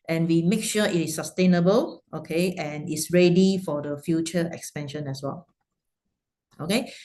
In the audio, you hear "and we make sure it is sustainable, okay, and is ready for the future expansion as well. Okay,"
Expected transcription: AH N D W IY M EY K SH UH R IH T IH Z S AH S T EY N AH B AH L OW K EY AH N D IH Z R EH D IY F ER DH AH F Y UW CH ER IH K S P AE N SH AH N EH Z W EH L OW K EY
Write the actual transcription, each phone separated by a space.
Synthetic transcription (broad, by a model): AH N W IY M EY K SH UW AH IH T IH S AH S T EY N AH B AH L OW K EY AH N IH S R EH D IY F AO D AH F Y UW CH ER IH K S P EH N SH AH N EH S W EH L OW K EY